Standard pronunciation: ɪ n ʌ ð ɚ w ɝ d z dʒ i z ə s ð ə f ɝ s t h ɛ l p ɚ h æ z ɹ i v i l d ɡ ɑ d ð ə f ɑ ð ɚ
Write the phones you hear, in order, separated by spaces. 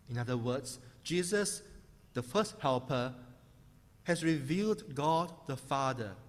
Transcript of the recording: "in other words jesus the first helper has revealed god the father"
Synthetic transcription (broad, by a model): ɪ n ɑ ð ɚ w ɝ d s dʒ i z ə s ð ə f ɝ s t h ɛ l p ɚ h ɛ s ɹ i v i l d ɡ ɑ d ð ə f ɑ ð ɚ